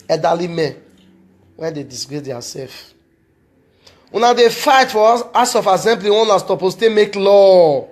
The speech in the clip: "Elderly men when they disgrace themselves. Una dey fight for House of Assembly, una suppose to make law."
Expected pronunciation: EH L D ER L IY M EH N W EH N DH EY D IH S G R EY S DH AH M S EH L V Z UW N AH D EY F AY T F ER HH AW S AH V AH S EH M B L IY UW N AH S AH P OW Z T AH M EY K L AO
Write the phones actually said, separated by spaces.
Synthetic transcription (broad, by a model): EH D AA L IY M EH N W EH N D EY D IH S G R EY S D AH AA S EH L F UW N AH D EY F AY T F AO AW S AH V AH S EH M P L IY UW N AH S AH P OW S T AH M EY K L AO